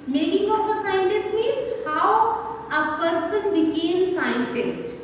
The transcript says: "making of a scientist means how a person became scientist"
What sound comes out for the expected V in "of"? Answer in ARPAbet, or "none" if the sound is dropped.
P